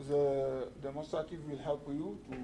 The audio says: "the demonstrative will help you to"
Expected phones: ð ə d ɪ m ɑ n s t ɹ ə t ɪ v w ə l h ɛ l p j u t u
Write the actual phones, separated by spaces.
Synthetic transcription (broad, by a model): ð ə d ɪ m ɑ s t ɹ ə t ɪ w ə l h ɛ l p j u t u